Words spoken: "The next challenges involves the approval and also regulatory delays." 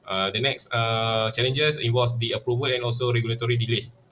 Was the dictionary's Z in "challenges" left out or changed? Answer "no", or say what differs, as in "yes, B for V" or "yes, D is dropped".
yes, S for Z